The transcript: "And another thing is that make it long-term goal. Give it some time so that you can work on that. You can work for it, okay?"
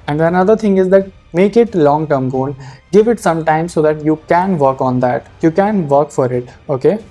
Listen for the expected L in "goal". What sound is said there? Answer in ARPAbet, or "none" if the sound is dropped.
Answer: N